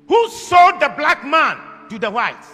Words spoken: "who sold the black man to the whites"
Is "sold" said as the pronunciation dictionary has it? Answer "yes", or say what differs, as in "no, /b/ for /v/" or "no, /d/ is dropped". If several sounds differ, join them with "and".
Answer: no, /l/ is dropped